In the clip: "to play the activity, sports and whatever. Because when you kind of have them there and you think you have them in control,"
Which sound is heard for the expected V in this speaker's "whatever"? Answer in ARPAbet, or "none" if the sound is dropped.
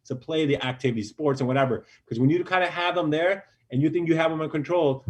V